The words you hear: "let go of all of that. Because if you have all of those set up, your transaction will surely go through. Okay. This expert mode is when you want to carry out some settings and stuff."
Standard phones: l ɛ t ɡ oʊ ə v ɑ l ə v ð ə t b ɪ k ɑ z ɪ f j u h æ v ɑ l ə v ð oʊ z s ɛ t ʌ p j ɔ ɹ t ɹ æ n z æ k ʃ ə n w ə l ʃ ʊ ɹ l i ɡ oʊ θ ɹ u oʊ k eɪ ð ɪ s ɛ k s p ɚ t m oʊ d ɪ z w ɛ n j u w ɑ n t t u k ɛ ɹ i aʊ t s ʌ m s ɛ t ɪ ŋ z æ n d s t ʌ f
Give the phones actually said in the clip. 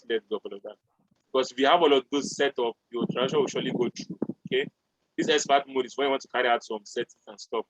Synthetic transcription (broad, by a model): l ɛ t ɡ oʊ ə p ɑ l ə v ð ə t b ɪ k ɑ s ɪ f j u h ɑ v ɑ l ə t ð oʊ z s ɛ t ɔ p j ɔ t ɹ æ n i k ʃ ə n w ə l ʃ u l i ɡ oʊ t ɹ u oʊ k eɪ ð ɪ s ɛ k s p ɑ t m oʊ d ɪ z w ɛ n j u w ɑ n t t u k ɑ ɹ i aʊ t s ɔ m s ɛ t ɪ n s t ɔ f